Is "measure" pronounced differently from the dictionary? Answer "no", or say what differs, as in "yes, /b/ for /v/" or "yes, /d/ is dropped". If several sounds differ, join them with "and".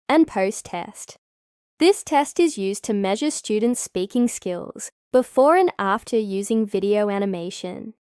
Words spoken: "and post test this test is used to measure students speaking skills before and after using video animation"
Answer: no